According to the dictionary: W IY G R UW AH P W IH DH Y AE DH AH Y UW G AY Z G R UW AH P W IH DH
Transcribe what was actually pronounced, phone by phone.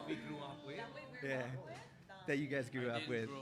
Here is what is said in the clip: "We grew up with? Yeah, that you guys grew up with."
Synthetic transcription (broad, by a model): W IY G R UW AH P W IH DH Y AE DH AH Y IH G AY Z G R UW AH P W IH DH